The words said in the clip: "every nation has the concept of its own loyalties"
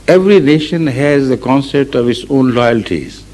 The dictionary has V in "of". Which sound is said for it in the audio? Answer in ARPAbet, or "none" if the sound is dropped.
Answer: V